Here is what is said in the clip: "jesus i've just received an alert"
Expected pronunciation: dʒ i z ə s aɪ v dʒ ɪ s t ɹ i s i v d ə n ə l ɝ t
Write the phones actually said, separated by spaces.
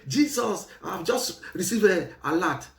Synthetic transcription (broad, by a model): dʒ i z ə s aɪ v dʒ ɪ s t ɹ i s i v ə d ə l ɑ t